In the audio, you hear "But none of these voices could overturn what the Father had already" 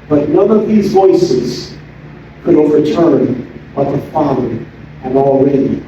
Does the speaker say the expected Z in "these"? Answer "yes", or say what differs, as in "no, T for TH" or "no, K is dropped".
yes